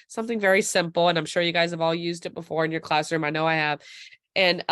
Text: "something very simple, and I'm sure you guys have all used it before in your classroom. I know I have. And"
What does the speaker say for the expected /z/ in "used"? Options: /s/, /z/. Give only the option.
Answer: /z/